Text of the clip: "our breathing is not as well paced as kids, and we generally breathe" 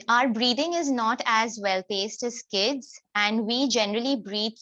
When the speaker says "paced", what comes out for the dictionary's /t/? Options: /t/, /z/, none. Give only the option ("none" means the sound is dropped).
/t/